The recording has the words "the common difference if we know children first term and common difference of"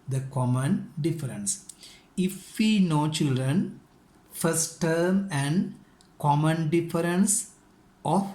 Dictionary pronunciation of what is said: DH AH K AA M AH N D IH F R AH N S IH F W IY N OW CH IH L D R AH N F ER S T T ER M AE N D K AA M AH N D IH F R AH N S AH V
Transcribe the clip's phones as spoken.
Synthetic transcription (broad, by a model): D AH K AA M AH N D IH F R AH N S IH F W IY N OW CH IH L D R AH N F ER S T T ER M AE N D K AA M AH N D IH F R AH N S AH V